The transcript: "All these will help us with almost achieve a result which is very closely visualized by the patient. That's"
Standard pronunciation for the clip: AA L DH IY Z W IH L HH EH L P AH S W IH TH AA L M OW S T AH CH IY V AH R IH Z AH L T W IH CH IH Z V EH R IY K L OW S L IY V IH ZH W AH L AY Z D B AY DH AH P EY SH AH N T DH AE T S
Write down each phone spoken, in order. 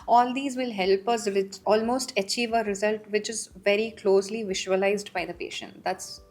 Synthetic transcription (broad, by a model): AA L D IY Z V IH L HH EH L P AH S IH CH AA L M OW S T AH CH IY V AH R IH Z AH L T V IH CH IH Z V EH R IY K L OW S L IY V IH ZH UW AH L AY Z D B AY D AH P EY SH AH N T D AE T S